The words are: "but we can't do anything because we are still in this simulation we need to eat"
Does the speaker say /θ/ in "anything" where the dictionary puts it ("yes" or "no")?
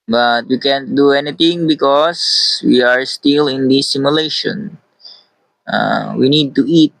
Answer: no